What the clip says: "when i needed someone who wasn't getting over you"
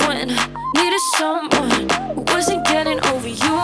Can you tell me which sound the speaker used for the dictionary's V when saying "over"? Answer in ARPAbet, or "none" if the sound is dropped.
V